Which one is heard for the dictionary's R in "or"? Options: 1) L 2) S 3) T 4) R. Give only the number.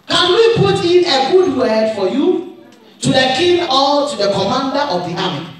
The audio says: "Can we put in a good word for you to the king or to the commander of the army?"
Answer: 1